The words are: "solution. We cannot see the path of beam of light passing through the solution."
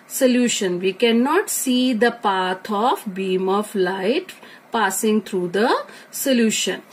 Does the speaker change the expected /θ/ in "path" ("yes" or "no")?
yes